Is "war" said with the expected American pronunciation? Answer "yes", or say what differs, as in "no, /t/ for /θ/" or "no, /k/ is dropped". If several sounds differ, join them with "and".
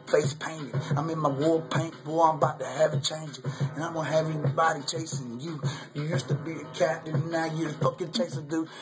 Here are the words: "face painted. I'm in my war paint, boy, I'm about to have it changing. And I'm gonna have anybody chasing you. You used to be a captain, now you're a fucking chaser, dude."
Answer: no, /l/ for /ɹ/